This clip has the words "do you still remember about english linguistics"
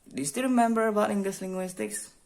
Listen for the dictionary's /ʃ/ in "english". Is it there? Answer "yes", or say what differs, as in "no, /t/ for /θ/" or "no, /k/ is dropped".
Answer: no, /s/ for /ʃ/